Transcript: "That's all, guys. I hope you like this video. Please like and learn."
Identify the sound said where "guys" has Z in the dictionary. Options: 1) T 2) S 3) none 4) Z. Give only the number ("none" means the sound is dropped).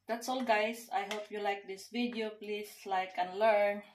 2